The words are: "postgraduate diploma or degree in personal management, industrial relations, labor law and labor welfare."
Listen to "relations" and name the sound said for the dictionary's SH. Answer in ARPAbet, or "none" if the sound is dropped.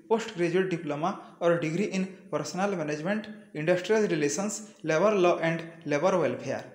S